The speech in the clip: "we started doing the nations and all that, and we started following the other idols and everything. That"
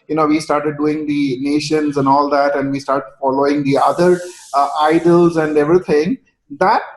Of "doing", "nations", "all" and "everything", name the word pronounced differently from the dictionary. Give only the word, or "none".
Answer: everything